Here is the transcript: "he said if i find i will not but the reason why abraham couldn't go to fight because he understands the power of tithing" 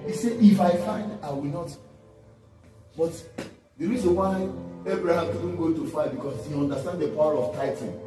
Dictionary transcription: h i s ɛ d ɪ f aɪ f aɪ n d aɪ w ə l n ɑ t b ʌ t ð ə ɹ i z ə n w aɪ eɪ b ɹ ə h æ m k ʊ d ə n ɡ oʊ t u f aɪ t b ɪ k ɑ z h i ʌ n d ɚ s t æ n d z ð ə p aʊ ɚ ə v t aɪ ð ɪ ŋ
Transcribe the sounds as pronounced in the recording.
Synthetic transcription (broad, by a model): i s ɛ ɪ f aɪ f aɪ n d aɪ w ə l n ɑ t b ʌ t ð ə ɹ i z ə n w aɪ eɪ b ɹ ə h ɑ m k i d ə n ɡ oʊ t u f aɪ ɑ b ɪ k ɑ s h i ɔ n d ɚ s t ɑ n d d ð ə p aʊ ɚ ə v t aɪ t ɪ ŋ